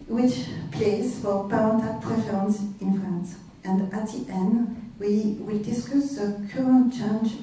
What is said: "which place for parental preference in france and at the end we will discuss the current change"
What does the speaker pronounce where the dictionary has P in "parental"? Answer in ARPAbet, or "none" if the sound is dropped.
B